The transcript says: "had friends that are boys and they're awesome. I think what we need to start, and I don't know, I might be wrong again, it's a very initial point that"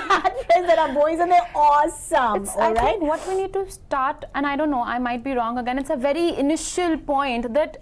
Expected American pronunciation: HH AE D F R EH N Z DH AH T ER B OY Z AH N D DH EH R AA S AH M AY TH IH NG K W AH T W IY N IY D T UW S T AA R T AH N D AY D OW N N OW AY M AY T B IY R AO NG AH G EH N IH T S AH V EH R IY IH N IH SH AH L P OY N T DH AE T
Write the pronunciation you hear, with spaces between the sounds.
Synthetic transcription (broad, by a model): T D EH Z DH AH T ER B OY Z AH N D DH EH AA S AH M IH S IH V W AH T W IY N IY D T UW S T AA R T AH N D AY D OW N N OW AY M AY T B IY R AO NG AH G EH N IH T S AH V EH R IY IH N IH SH AH L P OY N T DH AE T